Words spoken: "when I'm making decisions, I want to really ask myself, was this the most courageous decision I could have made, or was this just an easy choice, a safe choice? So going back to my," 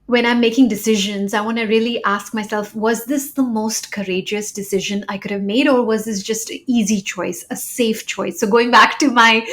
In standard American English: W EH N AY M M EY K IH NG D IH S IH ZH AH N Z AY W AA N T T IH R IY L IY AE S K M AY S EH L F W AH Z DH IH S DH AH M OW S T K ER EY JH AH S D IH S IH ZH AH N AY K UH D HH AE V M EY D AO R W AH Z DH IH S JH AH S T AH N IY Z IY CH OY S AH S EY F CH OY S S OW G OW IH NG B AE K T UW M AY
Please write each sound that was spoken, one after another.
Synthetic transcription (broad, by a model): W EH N AY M M EY K IH NG D IH S IH ZH AH N Z AY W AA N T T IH R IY L IY AE S K M AY S EH L F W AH Z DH IH S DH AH M OW S T K ER EY JH AH S D IH S IH ZH AH N AY K UH D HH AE V M EY D AO R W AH Z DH IH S JH AH S T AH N IY Z IY CH OY S AH S EY F CH OY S S OW G OW IH NG B AE K T UW M AY